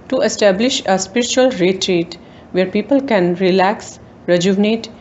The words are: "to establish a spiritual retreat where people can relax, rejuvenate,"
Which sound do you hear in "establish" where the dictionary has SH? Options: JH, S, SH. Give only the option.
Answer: SH